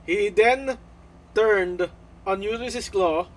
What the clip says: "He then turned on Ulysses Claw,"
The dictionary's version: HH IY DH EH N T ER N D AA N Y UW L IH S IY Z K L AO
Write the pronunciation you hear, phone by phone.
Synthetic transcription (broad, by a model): HH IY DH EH N T ER N D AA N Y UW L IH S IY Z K L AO